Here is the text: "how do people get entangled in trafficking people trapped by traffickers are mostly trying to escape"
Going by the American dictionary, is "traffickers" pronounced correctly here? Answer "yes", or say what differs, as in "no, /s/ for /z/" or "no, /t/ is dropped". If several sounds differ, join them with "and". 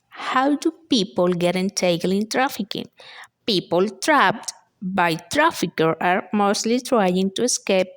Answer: no, /z/ is dropped